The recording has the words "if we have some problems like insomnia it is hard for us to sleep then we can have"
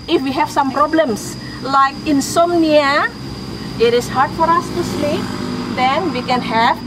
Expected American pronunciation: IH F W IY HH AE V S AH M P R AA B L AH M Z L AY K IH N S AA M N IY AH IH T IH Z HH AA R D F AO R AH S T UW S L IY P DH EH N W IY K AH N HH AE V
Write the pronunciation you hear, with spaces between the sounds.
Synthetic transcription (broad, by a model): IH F W IY HH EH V S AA M P R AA B L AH M S L AY K IH N S AA M N IY AH IH T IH S HH AA R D F AO R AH S T UW S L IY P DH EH N W IY K AH N HH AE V